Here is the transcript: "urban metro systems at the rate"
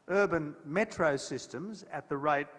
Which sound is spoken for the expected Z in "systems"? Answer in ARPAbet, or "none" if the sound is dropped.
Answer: Z